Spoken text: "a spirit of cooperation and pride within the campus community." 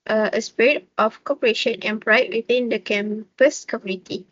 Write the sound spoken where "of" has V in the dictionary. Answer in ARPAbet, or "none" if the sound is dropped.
F